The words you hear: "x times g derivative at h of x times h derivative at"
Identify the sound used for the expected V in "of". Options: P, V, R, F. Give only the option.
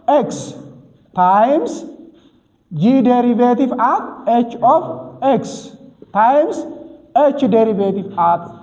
F